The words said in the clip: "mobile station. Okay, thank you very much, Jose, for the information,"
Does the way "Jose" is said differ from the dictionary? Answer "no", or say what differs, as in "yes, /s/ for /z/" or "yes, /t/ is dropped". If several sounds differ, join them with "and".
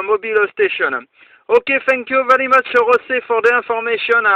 yes, /s/ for /z/